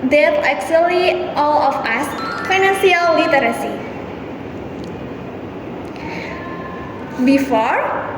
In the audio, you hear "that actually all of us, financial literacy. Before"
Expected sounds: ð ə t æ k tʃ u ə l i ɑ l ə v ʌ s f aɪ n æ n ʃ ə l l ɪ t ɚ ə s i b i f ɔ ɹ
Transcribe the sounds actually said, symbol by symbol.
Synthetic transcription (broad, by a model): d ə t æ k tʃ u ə l i ɑ l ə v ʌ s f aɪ n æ n s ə l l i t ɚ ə s i b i f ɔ ɹ